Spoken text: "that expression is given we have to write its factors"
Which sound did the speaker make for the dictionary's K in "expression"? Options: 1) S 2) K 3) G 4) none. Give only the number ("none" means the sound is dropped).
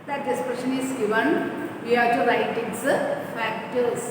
4